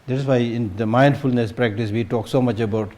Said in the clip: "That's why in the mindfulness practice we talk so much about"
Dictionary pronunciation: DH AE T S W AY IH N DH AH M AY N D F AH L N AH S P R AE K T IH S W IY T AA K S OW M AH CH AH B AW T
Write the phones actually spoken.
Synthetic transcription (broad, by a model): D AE T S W AY IH N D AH M AY N D F AH L N AH S P R AE K T IH S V IY T AA K S OW M AH CH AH B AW T